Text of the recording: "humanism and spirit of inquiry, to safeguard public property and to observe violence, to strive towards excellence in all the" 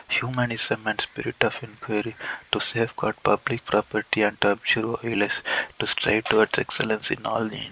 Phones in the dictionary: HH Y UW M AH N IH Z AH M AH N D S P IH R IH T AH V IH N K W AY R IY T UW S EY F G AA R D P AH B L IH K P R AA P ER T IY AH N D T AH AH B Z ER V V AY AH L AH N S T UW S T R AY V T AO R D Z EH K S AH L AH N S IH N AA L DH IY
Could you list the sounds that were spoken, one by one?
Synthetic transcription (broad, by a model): HH Y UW M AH N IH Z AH M AH N D S P IH R IH T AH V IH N K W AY R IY T UW S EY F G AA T P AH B L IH K P R AA P ER T IY AH N D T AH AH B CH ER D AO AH L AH S T UW S T R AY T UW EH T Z EH K S AH L AH N S IH N AA L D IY